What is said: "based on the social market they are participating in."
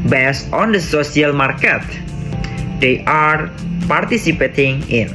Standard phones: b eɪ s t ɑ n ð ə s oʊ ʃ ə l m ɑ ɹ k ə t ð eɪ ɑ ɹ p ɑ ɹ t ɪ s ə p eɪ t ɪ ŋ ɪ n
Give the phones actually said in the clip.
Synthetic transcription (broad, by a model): b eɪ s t ɑ n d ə s oʊ s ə l m ɑ ɹ k ə t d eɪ ɑ ɹ p ɑ ɹ t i s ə p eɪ t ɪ ŋ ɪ n